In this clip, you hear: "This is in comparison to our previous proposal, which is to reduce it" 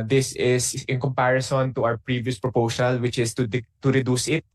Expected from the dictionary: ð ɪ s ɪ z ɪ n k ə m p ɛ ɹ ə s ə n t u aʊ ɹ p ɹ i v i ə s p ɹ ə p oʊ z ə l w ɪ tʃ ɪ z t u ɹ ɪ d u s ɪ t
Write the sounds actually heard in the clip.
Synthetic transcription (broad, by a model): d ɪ s ɪ s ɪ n k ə m p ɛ ɹ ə s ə n t u aʊ ɹ p ɹ i v i ə s p ɹ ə p oʊ s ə l w ɪ tʃ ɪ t t u ɹ ɪ d u s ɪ t